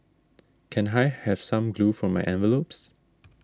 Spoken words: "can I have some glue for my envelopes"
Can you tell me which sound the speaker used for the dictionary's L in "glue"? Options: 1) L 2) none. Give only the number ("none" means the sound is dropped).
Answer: 1